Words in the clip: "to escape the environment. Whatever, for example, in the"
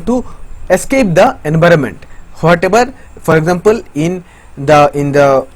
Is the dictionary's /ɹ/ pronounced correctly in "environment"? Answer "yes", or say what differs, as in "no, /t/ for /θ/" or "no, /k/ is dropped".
yes